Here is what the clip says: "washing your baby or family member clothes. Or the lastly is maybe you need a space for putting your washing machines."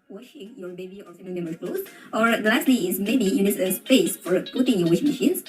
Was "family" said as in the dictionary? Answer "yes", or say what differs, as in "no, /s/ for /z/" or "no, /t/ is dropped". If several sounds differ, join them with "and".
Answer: no, /l/ is dropped